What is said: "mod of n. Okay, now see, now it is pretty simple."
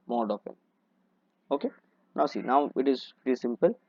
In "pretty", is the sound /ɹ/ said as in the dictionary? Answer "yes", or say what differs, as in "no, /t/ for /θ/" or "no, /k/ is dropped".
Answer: no, /ɹ/ is dropped